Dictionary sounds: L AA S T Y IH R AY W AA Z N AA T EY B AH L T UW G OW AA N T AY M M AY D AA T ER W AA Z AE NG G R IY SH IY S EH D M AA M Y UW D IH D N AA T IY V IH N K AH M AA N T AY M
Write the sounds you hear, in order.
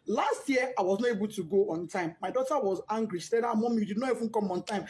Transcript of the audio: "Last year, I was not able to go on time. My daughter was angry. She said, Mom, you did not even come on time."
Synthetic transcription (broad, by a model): L AA S T Y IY AY W AA Z N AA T EY B AH L T UW G OW AA N T AY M M AY D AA T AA W AA Z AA NG G R IY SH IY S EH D M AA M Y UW D IH D N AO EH F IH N K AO M AA N T AY M